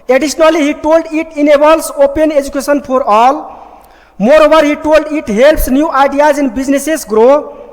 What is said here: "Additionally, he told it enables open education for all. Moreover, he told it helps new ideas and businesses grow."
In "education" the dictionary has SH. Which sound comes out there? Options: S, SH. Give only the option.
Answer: S